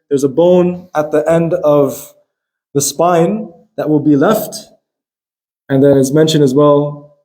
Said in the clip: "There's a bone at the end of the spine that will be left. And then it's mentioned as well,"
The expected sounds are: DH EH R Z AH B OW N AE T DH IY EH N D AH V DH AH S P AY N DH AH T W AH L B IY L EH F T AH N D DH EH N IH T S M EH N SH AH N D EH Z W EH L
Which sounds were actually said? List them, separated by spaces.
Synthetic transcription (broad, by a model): DH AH R Z AH B OW N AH T DH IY EH N D AH V DH AH S P AY N DH AH T W AH L B IY L EH F T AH N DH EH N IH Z M EH N SH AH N IH Z W EH L